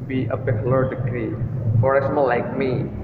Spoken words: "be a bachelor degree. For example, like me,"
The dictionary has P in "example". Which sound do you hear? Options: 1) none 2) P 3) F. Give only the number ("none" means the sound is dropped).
1